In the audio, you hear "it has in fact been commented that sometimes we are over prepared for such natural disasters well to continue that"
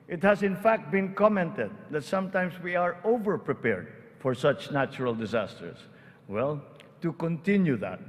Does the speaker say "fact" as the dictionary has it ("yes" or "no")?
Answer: yes